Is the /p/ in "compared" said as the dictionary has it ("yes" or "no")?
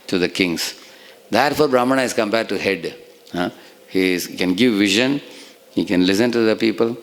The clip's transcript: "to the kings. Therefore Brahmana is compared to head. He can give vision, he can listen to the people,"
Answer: no